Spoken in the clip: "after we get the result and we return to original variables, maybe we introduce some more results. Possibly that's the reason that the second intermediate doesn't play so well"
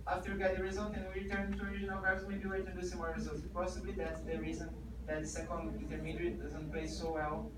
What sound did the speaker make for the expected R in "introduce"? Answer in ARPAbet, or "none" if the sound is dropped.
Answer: none